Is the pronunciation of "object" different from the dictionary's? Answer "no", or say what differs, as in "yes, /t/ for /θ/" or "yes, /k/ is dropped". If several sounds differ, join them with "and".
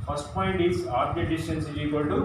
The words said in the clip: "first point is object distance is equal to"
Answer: yes, /k/ is dropped